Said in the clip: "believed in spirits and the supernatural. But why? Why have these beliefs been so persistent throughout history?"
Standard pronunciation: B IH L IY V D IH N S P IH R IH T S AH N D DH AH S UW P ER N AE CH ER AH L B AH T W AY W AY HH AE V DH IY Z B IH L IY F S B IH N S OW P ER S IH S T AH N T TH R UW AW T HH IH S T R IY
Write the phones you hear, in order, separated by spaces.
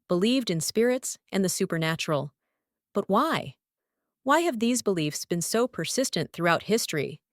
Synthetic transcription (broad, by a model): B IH L IY V D IH N S P IH R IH T S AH N DH AH S UW P ER N AE CH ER L B AH T W AY W AY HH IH V DH IY Z B IH L IY F S B IH N S OW P ER S IH S T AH N TH R UW AW T HH IH S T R IY